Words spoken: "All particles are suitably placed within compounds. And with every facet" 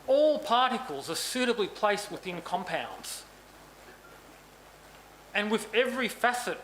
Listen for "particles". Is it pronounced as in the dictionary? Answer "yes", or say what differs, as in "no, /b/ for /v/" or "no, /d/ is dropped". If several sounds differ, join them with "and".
yes